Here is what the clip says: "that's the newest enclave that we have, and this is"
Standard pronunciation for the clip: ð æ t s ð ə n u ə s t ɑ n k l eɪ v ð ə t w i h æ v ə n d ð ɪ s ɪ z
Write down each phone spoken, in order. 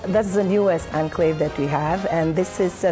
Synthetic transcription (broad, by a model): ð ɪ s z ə n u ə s ɑ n k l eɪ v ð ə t w i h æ v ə n ð ɪ s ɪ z